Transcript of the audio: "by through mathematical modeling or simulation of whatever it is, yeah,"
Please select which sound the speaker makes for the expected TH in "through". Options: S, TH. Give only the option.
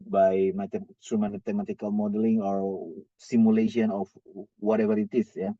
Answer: S